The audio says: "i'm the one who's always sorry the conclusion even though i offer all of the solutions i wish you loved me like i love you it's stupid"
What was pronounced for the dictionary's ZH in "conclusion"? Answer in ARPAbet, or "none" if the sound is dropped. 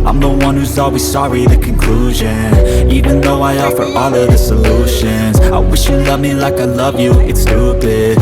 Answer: ZH